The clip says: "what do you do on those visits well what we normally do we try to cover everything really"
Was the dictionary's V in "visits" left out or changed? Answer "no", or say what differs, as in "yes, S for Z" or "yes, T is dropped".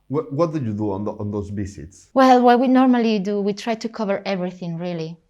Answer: yes, B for V